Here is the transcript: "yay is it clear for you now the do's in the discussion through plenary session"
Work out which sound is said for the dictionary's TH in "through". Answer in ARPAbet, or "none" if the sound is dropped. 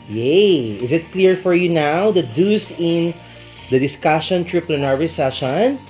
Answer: T